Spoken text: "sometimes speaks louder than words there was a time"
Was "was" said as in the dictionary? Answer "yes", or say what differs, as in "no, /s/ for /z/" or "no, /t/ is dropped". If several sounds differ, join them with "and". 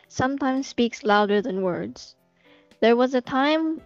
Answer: yes